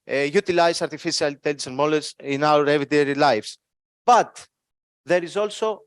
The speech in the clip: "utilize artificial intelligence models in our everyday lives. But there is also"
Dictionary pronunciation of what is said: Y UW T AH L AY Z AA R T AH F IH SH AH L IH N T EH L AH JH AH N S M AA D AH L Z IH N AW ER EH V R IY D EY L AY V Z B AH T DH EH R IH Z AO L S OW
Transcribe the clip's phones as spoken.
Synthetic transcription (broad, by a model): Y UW T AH L AY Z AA R T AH F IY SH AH L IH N T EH L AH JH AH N M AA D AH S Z IH N AW ER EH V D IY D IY L AY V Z B AH T DH EH R IH Z AO L S OW